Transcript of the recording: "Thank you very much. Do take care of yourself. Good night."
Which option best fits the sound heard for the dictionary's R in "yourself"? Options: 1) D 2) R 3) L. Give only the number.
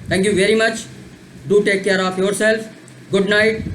2